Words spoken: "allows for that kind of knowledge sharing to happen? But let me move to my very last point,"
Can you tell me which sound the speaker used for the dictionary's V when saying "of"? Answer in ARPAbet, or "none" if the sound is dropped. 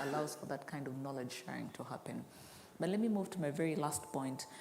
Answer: V